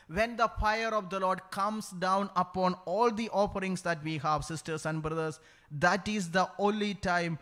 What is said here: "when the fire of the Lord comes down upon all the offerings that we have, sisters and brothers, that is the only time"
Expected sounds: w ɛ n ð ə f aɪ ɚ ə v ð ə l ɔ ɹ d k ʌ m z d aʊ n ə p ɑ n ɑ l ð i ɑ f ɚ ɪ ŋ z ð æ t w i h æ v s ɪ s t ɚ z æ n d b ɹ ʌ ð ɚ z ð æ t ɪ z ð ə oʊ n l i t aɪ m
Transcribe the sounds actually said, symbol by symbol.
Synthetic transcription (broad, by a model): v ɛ n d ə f aɪ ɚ ə v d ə l ɔ ɹ d k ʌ m s d aʊ n ə p ɑ n ɑ l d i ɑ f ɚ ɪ ŋ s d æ t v i h æ v s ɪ s t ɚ s æ n d b ɹ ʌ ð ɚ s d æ t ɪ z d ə oʊ n l i t aɪ m